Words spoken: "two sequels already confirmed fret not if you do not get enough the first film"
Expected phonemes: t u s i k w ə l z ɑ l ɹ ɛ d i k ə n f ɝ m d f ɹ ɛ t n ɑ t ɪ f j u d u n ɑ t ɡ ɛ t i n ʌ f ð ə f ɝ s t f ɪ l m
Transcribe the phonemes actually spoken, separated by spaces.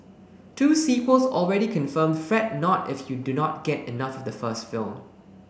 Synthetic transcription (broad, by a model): t u s i k w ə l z ɑ l ɹ ɛ d i k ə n f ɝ m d f ɹ ɛ t n ɑ t ɪ f j u d u n ɑ t ɡ ɛ t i n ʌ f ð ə f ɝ s t f ɪ l m